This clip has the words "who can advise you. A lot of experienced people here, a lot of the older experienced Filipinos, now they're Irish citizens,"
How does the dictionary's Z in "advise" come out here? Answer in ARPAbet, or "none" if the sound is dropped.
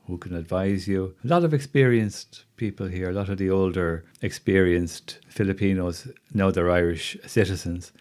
Z